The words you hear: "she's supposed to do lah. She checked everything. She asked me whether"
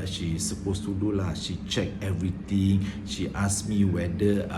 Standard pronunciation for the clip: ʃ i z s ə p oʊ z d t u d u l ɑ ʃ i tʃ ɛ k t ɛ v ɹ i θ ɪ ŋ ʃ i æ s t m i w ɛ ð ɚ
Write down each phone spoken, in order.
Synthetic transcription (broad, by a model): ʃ i s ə p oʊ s t u d u l ɑ ʃ i tʃ ɛ k ɛ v ɹ i t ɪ ŋ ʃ i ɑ s m i w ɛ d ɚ